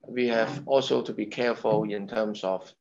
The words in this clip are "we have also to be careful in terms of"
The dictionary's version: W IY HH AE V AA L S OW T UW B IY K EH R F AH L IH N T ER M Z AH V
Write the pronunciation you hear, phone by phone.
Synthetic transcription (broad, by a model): W IY HH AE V AA L S OW T UW B IY K EH R F AH L IH N T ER M S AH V